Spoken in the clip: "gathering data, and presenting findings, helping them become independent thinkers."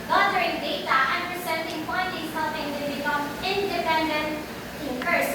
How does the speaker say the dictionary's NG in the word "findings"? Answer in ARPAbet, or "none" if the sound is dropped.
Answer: none